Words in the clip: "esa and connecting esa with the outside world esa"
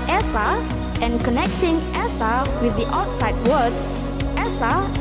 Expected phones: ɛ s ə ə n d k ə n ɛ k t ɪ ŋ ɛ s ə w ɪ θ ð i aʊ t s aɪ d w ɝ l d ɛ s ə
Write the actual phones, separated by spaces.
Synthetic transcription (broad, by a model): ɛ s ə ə n k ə n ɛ k t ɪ ŋ ɛ s ə w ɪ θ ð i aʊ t s aɪ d w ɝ d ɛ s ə